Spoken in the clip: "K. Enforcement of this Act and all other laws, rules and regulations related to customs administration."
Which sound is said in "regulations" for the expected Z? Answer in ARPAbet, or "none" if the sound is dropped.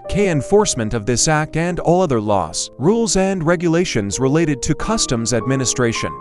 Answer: Z